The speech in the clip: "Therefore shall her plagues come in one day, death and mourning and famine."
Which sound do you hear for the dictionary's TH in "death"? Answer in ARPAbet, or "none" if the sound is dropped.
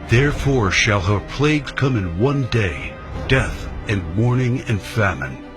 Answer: TH